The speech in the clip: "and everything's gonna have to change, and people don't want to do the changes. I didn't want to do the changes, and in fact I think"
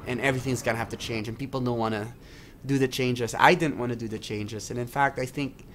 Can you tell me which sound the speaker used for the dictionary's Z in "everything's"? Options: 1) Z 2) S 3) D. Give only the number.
1